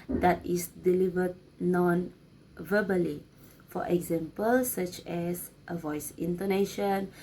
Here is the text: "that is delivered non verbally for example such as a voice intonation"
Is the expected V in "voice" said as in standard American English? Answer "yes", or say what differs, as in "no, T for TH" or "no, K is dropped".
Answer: yes